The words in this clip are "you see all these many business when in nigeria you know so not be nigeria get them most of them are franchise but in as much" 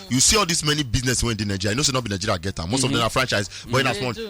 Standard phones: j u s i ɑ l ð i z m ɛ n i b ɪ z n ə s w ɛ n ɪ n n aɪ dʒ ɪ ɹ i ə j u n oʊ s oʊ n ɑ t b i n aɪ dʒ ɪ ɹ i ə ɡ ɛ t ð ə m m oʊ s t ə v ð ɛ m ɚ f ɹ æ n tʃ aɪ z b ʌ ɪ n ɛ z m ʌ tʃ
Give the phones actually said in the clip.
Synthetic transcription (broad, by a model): j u s i ɑ l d i s m ɛ n i b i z n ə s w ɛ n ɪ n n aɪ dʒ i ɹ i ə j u n oʊ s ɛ n ɑ t b i n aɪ dʒ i ɹ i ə ɡ ɛ t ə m m oʊ s t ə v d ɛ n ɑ f ɹ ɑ n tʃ aɪ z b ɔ ɪ n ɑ s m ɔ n